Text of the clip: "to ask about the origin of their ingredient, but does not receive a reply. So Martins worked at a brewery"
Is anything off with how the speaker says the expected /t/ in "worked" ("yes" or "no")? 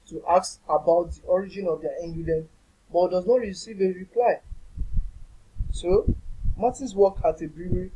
yes